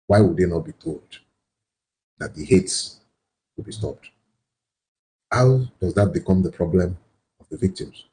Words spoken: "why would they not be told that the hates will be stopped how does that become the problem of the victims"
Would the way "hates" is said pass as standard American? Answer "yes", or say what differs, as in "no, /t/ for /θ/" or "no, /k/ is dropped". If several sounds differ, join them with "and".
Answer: yes